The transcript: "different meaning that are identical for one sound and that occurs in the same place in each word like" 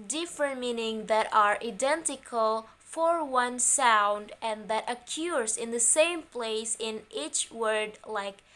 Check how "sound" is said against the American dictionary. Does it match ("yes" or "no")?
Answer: yes